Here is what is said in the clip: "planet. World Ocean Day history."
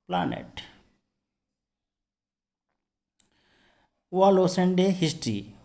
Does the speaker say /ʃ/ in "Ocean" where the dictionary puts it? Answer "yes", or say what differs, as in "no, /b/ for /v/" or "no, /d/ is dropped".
no, /s/ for /ʃ/